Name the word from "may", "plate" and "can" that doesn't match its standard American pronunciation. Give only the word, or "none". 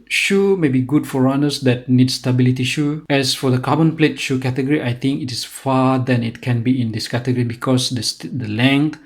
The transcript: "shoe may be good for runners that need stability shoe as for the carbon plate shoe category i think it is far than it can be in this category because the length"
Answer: none